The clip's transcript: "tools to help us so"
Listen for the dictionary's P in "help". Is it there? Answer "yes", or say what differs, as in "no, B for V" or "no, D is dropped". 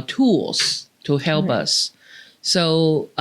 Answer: yes